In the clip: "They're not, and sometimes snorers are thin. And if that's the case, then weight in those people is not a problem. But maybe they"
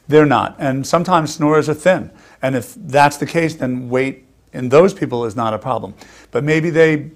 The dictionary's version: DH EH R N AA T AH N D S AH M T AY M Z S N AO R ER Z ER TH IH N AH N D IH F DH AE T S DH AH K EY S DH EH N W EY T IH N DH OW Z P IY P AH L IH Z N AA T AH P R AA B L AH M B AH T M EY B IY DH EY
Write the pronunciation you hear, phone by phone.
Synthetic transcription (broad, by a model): DH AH R N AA T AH N S AH M T AY M Z S N AO R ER Z ER TH IH N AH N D IH F DH AE T S DH AH K EY S DH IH N W EY T IH N DH OW Z P IY P L IH Z N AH T AH P R AA B L AH M B AH T M EY B IY DH EY